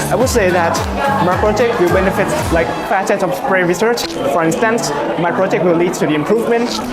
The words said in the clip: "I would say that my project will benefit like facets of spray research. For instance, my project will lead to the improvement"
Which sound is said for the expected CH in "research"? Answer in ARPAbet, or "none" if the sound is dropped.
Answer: CH